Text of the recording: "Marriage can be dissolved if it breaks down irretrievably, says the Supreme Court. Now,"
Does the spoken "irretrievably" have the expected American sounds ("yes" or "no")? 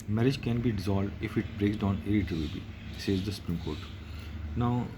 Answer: no